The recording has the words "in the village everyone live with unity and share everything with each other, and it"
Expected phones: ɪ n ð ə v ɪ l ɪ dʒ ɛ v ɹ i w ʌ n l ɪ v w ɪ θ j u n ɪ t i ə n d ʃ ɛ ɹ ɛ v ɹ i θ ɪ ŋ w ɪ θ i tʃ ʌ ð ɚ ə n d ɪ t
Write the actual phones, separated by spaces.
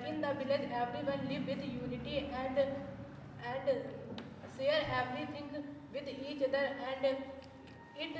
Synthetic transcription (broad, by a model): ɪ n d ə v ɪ l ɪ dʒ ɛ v ɹ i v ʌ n l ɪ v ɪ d j u n ɪ t i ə n d s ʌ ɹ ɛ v ɹ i t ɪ ŋ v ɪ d i tʃ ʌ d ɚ ə n d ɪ t